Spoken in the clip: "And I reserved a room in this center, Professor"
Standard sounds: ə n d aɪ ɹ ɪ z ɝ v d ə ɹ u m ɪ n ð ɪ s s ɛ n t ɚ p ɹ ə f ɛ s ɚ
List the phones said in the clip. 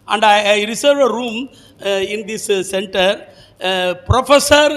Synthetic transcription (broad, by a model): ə n d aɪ ɹ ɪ s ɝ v ə ɹ u m ɪ n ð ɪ s s ɛ n t ɚ p ɹ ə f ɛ s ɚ